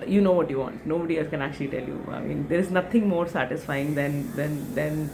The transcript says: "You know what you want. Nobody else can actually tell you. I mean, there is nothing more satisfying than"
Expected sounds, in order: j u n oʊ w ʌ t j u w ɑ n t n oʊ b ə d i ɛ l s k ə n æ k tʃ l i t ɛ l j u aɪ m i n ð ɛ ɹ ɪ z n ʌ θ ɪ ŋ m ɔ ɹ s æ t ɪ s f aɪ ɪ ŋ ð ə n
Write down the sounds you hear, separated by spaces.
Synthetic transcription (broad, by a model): j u n oʊ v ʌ t j u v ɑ n t n oʊ b ə d i ɛ l s k ə n æ k tʃ l i t ɛ l j u aɪ m i n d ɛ ɹ ɪ z n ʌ t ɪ ŋ m ɔ ɹ s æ t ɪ s f aɪ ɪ ŋ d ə n